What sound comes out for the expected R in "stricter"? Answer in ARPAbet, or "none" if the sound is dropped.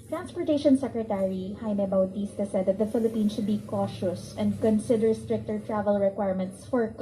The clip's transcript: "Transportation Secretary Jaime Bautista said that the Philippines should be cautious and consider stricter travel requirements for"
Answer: R